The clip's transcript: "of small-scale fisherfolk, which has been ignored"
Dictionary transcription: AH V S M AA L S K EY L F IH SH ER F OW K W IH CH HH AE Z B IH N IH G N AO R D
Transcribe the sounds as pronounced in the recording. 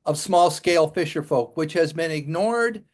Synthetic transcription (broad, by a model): AH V S M AA L S K EY L F IH SH ER F OW K W IH CH HH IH Z B IH N IH G N AO R D